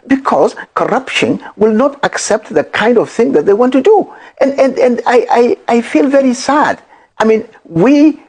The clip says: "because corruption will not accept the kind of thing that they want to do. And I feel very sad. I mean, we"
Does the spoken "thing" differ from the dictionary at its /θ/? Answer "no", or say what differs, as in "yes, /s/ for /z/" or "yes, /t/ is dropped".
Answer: no